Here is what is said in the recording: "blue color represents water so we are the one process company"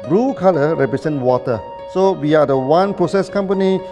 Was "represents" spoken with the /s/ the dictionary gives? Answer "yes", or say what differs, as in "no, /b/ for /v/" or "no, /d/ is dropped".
no, /s/ is dropped